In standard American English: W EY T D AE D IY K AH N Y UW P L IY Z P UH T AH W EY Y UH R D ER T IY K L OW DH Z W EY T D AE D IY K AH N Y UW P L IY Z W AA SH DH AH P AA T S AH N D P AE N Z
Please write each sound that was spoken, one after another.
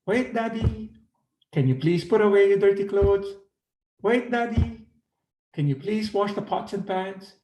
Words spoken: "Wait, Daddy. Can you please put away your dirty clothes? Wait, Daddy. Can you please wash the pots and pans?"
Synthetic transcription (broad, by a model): W EY T D AE D IY K AH N Y UW P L IY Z P UH T AH W EY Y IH D ER T IY K L OW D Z W EY T D AE D IY K AH N Y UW P L IY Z W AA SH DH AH P AA T S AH N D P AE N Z